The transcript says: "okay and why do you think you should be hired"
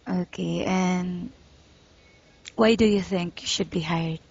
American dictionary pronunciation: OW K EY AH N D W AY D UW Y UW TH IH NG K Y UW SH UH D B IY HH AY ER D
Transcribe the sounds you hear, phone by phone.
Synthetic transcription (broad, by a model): OW K EY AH N W AY D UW Y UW TH IH NG K Y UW SH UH D B IY HH AY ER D